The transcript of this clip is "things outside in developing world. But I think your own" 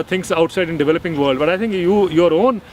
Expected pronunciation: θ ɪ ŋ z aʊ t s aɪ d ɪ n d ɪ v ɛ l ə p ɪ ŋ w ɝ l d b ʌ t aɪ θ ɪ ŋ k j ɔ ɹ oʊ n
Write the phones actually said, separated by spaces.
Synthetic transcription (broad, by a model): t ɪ ŋ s aʊ t s aɪ d ɪ n d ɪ v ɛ l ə p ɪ ŋ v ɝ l d b ʌ t aɪ t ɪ ŋ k j ɔ ɹ oʊ n